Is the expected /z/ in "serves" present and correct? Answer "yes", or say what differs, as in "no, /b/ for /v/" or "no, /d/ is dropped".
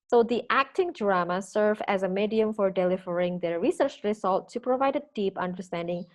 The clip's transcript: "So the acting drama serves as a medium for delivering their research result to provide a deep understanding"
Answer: no, /z/ is dropped